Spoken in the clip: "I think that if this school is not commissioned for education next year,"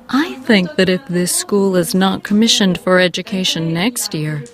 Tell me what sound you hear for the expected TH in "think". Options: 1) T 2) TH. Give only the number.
2